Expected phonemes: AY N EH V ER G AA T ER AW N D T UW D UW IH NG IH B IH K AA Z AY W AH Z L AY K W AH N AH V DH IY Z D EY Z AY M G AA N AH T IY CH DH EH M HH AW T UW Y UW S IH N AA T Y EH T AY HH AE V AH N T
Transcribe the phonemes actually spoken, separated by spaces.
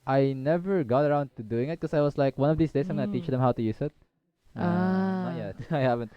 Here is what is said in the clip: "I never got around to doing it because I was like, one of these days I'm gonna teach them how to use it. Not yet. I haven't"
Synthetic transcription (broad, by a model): AY N EH V ER G AA T ER AW N D T UW D UW IH NG IH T K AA S AY W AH S L AY K W AH N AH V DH IY S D EY S AY M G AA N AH T IY CH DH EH M HH AW T UW Y UW S IH T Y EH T AY HH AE V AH N T